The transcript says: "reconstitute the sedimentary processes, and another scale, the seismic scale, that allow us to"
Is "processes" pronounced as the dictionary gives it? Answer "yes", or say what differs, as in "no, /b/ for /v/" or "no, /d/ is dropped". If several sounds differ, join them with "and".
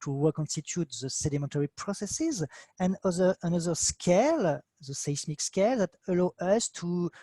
yes